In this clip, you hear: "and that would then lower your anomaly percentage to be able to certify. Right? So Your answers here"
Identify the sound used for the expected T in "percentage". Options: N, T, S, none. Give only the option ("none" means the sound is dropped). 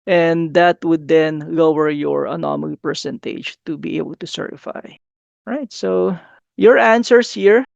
T